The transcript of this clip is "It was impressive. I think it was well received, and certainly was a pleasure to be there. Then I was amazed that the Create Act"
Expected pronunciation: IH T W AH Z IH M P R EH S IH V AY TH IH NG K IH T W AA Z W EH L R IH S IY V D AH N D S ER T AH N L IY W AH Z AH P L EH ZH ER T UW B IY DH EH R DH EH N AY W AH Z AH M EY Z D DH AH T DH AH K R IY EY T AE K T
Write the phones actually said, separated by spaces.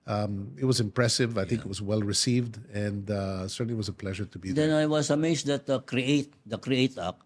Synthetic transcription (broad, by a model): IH T W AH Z IH M P R EH S IH V AY TH IH NG K IH T W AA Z W EH L R IH S IY V D AH N D S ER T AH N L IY W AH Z AH P L EH ZH ER T UW B IY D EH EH N AY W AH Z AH M EY S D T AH T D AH K R IY EY T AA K